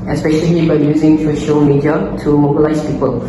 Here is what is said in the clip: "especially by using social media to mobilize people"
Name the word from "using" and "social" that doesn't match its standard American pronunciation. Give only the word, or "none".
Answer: none